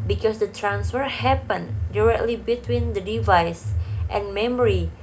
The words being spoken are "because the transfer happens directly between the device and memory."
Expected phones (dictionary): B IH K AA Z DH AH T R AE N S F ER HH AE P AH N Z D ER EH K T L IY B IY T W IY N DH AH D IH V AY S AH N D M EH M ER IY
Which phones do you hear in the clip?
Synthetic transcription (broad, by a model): B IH K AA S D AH T R AE N S F ER HH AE P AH N D ER EH K T L IY B IY T W IY N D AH D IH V AY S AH N M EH M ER IY